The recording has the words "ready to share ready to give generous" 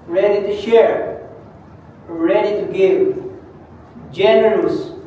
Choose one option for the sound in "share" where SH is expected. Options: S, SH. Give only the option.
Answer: SH